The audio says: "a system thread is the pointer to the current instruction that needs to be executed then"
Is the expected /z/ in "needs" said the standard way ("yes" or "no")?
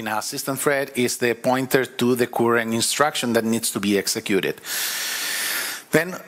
no